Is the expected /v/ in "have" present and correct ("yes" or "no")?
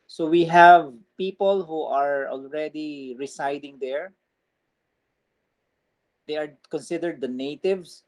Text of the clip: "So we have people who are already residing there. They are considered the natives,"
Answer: yes